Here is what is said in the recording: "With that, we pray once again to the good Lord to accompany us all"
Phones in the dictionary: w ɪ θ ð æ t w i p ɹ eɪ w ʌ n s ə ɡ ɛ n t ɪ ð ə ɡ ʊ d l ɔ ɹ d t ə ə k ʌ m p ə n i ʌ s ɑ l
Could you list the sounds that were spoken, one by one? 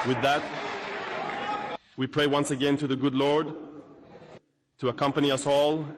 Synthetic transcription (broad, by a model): w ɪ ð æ t w i p ɹ eɪ w ʌ n s ə ɡ ɛ n t ɪ ð ə ɡ ʊ d l ɔ ɹ d t ə ə k ʌ m p ə n i ʌ s ɑ l